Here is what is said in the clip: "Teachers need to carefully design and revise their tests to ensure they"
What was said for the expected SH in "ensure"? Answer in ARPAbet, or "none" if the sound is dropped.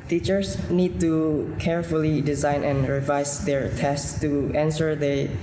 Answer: S